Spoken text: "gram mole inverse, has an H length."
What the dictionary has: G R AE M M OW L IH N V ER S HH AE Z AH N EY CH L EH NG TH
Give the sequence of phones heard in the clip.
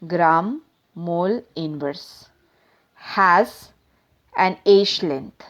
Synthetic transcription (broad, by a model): G R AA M M OW L IH N V ER S HH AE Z AH N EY SH L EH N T